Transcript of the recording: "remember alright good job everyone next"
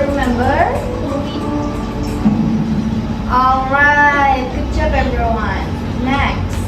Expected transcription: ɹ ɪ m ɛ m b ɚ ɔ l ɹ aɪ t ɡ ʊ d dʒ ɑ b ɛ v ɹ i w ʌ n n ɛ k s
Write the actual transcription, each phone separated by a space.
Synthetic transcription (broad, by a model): ɹ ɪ m ɛ m b ɚ ɔ l ɹ aɪ t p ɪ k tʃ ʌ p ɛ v ɹ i w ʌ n n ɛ k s